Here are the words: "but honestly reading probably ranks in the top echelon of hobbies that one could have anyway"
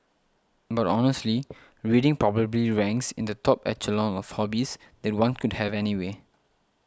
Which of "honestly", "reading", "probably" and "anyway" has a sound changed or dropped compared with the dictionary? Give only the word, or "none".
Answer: none